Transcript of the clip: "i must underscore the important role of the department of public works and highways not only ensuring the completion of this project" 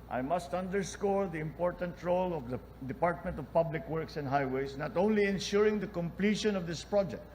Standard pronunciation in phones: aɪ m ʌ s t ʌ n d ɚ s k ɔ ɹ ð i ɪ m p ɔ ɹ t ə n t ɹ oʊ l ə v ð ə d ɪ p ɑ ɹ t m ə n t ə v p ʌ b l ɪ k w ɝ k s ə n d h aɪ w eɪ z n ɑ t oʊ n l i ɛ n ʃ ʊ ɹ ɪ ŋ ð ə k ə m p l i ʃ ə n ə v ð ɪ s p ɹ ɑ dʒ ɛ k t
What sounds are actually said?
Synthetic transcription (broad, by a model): aɪ m ʌ s t ʌ n d ɚ s k ɔ ɹ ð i ɪ m p ɔ ɹ t ə n t ɹ oʊ l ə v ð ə d ɪ p ɑ ɹ t m ə n t ə v p ʌ b l ɪ k w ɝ k s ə n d h aɪ w eɪ s n ɑ t oʊ n l i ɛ n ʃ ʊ ɹ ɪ ŋ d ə k ə m p l i ʃ ə n ə v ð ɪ s p ɹ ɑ dʒ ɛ k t